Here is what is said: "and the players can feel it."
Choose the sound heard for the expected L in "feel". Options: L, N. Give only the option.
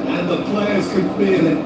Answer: N